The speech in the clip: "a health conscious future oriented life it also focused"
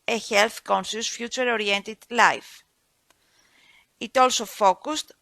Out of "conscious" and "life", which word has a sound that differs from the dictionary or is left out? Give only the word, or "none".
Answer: conscious